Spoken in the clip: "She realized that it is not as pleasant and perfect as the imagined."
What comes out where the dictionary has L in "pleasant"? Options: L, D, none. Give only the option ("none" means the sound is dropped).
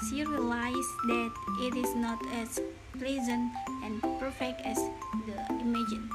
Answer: L